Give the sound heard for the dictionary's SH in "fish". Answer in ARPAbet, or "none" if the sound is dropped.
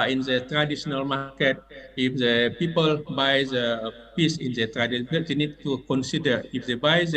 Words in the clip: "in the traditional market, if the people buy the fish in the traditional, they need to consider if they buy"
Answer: S